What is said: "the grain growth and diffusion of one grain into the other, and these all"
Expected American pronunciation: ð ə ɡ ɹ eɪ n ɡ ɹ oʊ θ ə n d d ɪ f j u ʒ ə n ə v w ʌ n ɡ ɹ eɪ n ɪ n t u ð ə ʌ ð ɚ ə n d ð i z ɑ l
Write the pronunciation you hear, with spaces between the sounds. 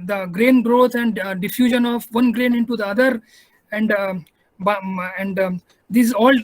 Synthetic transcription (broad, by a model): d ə ɡ ɹ eɪ n ɡ ɹ oʊ t ə n d d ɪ f j u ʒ ə n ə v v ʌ n ɡ ɹ eɪ n ɪ n t u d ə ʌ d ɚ ə n d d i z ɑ l